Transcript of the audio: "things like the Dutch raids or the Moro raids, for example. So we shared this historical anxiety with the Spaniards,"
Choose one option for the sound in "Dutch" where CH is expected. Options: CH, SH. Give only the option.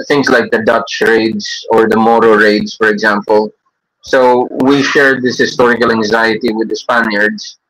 CH